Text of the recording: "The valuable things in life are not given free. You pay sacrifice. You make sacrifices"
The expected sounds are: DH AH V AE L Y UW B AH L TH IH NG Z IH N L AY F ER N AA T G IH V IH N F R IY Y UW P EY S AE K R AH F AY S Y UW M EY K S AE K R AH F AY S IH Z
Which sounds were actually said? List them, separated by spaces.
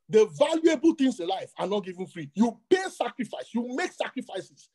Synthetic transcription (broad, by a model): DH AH V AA L Y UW B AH L T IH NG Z IH N L AY F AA N AA T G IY V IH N F R IY Y UW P EY S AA K R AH F AY S Y UW M EY K S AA K R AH F AY S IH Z